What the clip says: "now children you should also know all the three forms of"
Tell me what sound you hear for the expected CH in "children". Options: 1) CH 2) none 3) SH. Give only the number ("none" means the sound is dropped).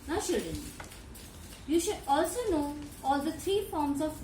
3